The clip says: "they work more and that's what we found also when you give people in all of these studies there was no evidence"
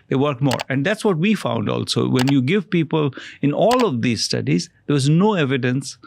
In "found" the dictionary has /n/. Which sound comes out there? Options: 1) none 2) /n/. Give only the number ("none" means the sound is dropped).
2